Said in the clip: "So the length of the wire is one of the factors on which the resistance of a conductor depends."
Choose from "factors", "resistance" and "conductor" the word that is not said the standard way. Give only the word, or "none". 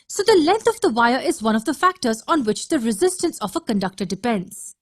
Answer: none